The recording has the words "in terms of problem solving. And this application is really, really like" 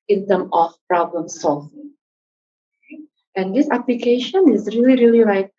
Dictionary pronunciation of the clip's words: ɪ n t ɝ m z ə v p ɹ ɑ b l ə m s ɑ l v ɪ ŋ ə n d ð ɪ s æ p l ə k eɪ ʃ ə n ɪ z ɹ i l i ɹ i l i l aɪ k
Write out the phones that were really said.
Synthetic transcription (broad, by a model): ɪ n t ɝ m ə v p ɹ ɑ b l ə m s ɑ l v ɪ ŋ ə n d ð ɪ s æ p l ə k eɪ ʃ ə n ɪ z ɹ i l i ɹ i l i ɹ aɪ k